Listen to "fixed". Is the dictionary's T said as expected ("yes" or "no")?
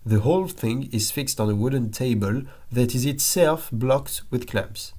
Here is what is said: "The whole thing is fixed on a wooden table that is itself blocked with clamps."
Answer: yes